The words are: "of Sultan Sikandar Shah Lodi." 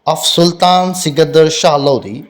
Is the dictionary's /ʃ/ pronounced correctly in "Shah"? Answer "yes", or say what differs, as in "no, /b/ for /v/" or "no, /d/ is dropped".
yes